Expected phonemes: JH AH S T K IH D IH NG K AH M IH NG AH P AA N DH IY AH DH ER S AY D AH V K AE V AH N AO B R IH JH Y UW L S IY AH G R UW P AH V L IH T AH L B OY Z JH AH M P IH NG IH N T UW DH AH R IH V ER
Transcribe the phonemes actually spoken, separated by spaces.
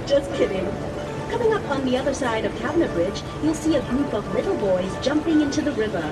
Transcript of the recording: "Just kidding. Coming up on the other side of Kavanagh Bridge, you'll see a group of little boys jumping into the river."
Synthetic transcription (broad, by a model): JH AH S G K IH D IH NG K AH M IH NG AH P N DH IY AH DH ER S AY D AH V K AE B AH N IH B R IH JH Y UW L S IY AH G R UW P AH V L IH T L B OY Z JH AH M P IH NG IH N T UW DH AH R IH V ER